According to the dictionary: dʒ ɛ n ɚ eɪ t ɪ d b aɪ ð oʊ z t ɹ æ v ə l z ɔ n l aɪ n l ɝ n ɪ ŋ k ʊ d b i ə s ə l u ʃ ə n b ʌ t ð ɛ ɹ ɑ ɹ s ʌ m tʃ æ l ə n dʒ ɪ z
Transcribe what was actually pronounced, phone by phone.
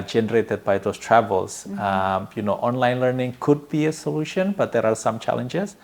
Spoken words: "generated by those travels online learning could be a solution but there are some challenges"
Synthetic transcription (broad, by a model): dʒ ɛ n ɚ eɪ t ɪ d b aɪ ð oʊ s t ɹ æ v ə l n ɔ n l aɪ n l ɝ n ɪ ŋ k ʊ d b i ə s ə l u ʃ ə n b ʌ t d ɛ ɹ ɑ ɹ s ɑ m tʃ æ l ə n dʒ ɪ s